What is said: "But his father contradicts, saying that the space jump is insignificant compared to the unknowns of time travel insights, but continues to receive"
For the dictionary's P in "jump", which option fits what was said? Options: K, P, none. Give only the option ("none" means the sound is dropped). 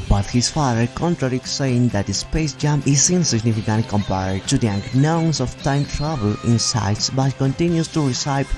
none